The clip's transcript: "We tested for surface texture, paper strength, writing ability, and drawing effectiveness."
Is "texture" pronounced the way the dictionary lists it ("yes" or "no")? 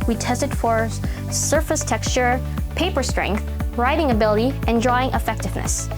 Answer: yes